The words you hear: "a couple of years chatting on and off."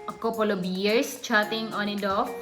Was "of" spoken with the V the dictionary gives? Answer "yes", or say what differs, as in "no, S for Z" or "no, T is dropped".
no, B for V